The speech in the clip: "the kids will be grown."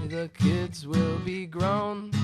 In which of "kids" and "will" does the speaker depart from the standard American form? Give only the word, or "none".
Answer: none